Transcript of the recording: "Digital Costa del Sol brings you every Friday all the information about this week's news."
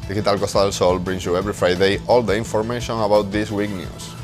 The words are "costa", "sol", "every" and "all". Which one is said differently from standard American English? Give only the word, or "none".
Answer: every